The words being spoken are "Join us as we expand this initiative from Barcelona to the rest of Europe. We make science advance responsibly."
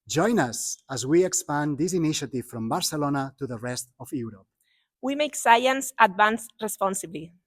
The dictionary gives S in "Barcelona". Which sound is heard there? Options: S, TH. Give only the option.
S